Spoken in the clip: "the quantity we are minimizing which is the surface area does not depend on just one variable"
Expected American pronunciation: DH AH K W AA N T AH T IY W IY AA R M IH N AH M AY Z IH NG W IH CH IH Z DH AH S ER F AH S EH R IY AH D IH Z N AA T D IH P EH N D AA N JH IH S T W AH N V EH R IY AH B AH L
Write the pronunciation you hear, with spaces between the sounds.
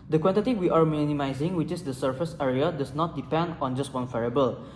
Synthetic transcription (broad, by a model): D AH K W AA N T AH T IY W IY AA R M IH N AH M AY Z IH NG W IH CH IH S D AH S ER F AH S EH R IY AH D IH S N AA T D IH P EH N D AA N JH IH S T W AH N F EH R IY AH B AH L